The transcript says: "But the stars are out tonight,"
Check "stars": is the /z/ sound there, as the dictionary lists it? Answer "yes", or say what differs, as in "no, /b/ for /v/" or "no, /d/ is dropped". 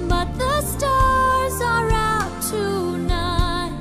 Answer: yes